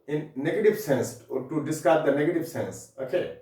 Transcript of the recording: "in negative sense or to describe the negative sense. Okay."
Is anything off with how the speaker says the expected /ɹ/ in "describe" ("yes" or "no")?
yes